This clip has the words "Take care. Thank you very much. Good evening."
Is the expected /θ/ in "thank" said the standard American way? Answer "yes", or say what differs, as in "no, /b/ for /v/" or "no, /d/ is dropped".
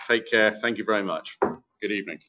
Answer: yes